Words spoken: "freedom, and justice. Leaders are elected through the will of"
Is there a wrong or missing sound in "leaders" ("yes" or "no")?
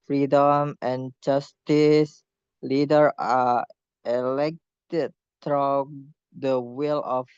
yes